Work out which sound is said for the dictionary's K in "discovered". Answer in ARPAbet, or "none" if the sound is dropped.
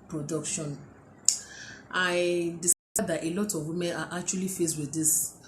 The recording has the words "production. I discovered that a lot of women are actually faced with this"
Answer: none